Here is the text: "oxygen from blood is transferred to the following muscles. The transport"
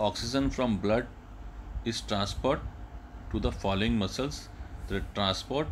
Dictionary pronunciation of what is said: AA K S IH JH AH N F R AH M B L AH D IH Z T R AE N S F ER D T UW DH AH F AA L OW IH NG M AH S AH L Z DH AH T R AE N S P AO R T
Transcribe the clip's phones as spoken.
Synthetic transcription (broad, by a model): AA K S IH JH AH N F R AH M B L AH D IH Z T R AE N S P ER D T UW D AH F AA L OW IH NG M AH S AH L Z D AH T R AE N S P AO R T